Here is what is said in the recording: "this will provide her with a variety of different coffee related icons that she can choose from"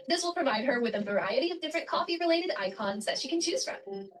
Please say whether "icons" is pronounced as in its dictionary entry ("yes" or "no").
yes